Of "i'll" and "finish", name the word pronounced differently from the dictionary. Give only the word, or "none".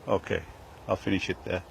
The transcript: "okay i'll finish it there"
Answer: none